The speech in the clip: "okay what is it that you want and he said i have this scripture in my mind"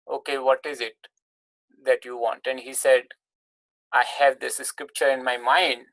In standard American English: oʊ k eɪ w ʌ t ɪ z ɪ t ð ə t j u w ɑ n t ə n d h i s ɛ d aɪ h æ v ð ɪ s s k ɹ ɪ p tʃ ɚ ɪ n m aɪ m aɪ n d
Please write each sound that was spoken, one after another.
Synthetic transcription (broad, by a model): oʊ k eɪ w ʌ t ɪ z ɪ t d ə t j u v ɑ n t ə n d h i s ɛ d aɪ h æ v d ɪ s s k ɹ ɪ p tʃ ɚ ɪ n m aɪ m aɪ n d